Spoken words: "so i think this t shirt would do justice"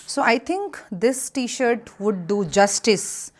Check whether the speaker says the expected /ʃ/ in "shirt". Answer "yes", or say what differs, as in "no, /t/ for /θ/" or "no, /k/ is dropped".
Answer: yes